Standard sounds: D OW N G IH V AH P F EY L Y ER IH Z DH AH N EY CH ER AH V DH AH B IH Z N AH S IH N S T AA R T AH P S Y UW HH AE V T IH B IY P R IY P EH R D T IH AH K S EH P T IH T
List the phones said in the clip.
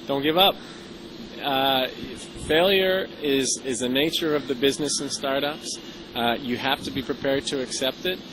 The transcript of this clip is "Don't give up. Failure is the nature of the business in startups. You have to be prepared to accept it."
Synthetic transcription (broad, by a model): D OW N G IH V AH P F EY L Y ER IH Z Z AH N EY CH ER AH V DH AH B IH Z N AH S IH N S T AA R T AH P S Y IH HH AE F T IH B IY P R IY P EH R D T IH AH K S EH P T IH T